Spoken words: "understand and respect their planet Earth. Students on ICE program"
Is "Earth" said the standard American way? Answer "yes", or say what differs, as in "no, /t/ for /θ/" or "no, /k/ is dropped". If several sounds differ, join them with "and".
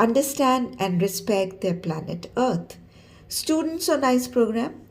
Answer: no, /t/ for /θ/